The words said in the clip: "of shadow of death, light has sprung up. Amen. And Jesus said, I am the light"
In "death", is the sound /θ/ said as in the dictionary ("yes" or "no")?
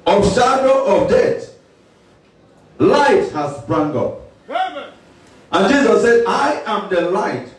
no